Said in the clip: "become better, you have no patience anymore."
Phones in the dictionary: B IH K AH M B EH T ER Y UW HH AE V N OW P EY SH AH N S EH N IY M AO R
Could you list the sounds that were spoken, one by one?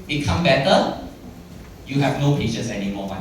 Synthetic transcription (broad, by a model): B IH K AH M B EH T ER Y UW HH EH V N OW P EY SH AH S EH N IY M AO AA